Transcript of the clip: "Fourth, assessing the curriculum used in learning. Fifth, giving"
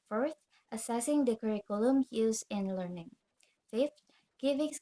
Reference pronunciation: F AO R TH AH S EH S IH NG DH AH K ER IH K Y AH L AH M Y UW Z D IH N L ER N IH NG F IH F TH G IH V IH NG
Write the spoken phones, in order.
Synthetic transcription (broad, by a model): F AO R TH AH S EH S IH NG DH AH K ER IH K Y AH L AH M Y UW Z IH N L ER N IH NG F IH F T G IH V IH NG